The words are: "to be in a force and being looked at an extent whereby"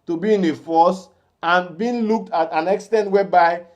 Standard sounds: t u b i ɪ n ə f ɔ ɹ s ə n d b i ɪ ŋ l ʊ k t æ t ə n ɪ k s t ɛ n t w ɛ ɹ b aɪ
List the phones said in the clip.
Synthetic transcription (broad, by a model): t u b i ɪ n ə f ɔ s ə n b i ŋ l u k t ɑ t ə n ɪ k s t ɛ n t w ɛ b aɪ